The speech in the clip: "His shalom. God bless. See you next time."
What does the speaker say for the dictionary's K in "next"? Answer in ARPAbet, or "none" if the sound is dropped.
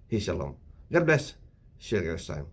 none